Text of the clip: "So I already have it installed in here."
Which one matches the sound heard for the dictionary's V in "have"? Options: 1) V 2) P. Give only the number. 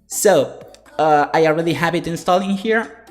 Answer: 2